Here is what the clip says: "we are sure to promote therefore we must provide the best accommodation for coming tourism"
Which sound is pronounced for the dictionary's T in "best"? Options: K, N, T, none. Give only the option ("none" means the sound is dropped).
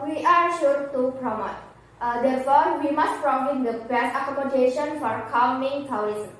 none